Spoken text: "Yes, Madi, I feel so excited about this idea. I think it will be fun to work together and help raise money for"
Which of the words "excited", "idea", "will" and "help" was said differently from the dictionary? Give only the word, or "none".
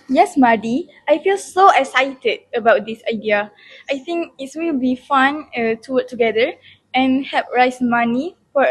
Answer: help